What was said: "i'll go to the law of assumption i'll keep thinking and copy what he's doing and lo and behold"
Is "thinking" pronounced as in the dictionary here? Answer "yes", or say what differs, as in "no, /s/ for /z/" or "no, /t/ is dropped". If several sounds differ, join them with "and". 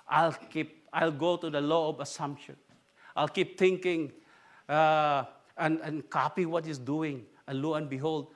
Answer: no, /t/ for /θ/